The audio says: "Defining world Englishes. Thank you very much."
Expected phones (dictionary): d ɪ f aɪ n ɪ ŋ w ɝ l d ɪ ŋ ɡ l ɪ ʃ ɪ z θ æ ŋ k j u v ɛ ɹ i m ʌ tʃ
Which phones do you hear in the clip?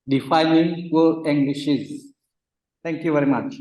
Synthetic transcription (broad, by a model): d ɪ f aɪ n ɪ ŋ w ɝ d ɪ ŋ ɡ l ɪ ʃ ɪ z t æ ŋ k j u v ɛ ɹ i m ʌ tʃ